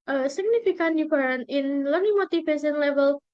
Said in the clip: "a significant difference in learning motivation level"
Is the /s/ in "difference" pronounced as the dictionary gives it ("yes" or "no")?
no